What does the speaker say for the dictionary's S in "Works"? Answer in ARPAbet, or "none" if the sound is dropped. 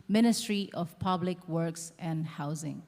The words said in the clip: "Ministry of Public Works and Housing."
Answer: S